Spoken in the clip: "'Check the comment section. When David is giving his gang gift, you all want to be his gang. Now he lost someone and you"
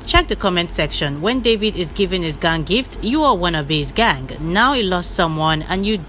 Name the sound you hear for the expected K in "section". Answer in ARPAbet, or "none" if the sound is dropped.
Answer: K